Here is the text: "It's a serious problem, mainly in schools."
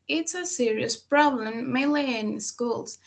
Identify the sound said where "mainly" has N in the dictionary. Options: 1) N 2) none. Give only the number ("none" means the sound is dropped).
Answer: 2